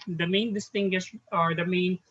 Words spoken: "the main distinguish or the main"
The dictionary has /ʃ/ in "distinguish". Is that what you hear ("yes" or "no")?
no